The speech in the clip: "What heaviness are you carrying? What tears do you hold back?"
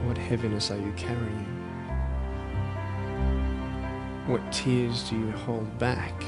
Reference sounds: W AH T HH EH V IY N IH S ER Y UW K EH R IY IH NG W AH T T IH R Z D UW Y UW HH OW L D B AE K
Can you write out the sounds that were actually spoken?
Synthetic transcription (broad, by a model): W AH T HH EH V IY N IH S ER Y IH K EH R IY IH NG W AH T T IH R Z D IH Y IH HH OW L D B AE K